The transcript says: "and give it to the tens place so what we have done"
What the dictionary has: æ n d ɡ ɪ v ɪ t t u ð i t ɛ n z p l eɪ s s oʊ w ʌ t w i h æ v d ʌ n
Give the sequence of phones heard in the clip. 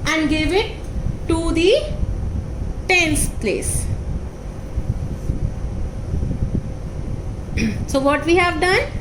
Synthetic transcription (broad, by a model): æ n d ɡ ɪ v ɪ t t u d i t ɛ n s p l eɪ s s oʊ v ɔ t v i h æ v d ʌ n